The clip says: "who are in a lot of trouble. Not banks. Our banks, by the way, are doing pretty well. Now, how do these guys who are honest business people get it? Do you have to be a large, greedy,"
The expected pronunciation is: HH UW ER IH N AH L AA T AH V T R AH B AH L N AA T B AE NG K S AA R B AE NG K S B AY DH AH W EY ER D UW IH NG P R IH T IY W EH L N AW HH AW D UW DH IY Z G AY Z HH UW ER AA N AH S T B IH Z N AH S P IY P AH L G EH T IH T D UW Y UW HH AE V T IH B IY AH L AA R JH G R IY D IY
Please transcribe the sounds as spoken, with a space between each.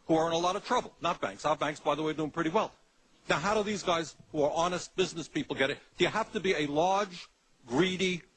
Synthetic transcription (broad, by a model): HH UW ER IH N AH L AA T AH V T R AH B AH L N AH T B AE NG K S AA B AE NG K S B AY DH AH W EY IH D UW IH NG P R IH T IY W EH L N AW HH AW D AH DH IY Z G AY Z HH UW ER AA N AH S T B IH Z N AH S P IY P L G EH T IH T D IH Y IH HH AE F T IH B IY AH L AA R JH G R IY D IY